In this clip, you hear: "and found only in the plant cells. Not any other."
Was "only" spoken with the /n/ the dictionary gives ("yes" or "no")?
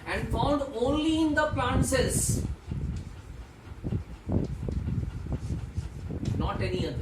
yes